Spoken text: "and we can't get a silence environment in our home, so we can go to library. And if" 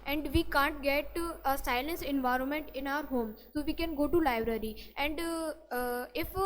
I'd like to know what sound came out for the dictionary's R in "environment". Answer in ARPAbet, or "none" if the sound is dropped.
R